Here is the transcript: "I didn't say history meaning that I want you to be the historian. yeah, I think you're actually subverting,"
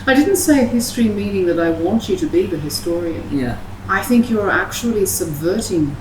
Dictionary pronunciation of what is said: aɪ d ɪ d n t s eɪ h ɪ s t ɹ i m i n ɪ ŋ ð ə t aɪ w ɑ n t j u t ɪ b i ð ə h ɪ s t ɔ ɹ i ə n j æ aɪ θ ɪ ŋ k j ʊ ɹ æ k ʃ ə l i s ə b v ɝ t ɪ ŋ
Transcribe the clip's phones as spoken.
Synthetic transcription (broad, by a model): aɪ d ɪ d n t s eɪ h ɪ s t ɹ i m i n ɪ ŋ ð ə t aɪ w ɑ n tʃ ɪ t ɪ b i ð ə h ɪ s t ɔ ɹ i ə n j æ aɪ θ ɪ ŋ k j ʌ ɹ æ k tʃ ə l i s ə b v ɝ t ɪ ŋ